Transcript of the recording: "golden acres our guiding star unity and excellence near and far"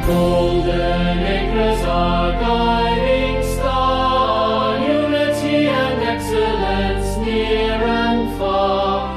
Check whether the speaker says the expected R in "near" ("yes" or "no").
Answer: yes